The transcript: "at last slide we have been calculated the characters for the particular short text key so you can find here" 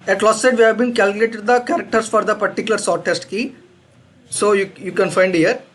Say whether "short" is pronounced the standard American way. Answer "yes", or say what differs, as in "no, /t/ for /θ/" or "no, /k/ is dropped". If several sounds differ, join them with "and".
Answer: no, /s/ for /ʃ/